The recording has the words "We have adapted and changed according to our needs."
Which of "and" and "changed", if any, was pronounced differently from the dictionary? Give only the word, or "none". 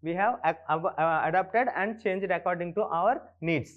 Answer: none